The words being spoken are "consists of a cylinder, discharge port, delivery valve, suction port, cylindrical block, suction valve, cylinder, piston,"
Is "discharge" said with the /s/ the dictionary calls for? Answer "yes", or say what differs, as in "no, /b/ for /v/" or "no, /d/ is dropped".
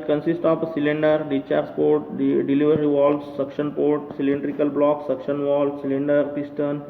no, /s/ is dropped